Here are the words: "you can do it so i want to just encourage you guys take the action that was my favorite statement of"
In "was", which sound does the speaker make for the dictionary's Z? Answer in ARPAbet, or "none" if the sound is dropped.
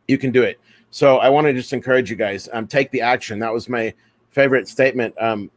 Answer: Z